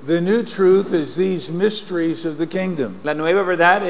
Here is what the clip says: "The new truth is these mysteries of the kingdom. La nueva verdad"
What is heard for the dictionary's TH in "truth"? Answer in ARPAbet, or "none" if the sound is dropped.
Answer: TH